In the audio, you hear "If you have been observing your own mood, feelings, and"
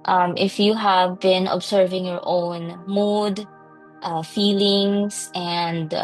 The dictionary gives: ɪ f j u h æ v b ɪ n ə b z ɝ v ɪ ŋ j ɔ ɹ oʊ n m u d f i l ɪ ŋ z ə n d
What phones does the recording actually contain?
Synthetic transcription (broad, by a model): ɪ f j u h æ v b ɪ n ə b s ɝ v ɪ ŋ j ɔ ɹ oʊ n m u d f i l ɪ ŋ s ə n d